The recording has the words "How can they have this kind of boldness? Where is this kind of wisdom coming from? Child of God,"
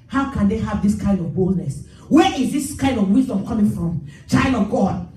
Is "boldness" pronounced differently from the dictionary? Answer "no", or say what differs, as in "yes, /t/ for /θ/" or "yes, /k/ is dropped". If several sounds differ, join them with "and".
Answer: no